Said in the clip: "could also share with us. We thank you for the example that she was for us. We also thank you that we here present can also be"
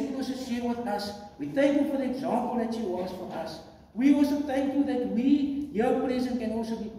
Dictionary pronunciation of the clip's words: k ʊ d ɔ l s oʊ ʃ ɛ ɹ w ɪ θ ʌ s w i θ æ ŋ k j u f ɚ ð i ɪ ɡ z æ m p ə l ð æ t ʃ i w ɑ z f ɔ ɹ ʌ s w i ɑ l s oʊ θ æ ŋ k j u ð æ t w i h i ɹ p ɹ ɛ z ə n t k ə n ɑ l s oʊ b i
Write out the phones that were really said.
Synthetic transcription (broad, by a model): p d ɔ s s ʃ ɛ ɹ w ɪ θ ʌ s w i θ æ ŋ k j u f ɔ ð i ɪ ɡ z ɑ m p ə l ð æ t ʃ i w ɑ s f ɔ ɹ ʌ s w i ɑ l s oʊ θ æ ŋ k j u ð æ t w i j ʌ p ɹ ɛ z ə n k ə n ɑ l s oʊ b i